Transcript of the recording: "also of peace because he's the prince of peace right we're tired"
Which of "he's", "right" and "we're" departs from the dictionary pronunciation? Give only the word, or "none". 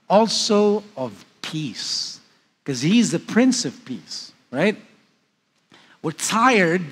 none